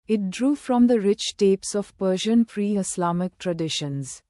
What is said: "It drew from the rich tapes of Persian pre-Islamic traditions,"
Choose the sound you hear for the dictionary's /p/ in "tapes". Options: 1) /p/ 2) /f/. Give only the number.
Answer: 1